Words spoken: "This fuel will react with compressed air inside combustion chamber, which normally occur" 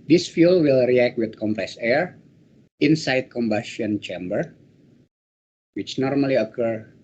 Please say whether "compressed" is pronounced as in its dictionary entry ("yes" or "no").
no